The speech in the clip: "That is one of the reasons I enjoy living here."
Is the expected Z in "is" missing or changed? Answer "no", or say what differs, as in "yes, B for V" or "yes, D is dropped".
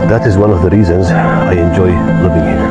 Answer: no